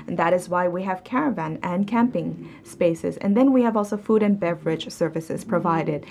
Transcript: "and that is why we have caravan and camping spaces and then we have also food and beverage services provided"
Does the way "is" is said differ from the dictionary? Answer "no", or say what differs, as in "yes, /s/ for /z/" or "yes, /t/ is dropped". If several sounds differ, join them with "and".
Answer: no